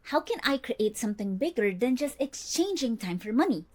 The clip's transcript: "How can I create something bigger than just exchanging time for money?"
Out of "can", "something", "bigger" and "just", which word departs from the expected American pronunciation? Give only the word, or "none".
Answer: something